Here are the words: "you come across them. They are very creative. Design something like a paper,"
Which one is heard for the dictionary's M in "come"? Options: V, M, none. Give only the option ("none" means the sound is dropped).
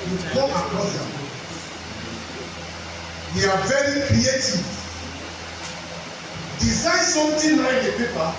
none